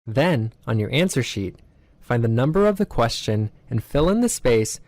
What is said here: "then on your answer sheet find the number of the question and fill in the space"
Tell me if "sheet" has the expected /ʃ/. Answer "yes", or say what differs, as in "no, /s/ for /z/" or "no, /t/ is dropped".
yes